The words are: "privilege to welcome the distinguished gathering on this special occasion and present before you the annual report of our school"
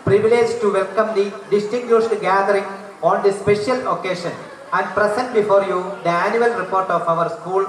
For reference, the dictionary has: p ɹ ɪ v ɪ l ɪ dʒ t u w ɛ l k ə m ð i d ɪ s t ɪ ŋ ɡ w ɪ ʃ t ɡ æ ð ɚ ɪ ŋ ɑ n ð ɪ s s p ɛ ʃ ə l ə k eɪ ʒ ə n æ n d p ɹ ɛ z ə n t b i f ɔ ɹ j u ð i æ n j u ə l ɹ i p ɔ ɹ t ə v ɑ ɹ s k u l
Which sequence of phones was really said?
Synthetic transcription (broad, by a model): p ɹ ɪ v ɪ l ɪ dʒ t u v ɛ l k ə m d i d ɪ s t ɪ ŋ ɡ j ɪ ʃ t ɡ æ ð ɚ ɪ ŋ ɑ n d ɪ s s p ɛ ʃ ə l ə k eɪ ʃ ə n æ n d p ɹ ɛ s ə n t b i f ɔ ɹ j u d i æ n j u ə l ɹ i p ɔ ɹ t ə v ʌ ɹ s k u l